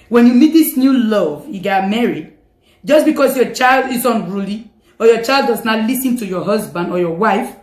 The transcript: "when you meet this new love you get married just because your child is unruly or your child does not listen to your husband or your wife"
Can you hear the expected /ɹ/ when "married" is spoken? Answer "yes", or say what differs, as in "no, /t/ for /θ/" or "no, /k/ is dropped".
yes